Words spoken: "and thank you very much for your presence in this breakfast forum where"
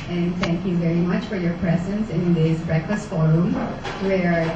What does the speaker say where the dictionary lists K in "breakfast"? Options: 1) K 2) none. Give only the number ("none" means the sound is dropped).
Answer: 1